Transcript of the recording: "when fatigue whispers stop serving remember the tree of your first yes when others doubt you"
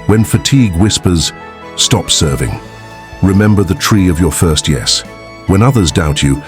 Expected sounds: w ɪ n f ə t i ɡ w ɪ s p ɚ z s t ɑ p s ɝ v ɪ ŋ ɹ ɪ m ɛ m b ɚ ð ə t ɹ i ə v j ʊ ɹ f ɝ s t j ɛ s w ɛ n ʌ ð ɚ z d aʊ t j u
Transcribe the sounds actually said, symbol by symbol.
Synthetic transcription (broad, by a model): w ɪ n f ə t i ɡ w ɪ s p ɚ z s t ɑ p s ɝ v ɪ ŋ ɹ ɪ m ɛ m b ɚ ð ə t ɹ i ə v j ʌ ɹ f ɝ s t j ɛ s w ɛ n ʌ ð ɚ z d aʊ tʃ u